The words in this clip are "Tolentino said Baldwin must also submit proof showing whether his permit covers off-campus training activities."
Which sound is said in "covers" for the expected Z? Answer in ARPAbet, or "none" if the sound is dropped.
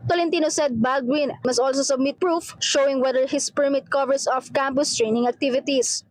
S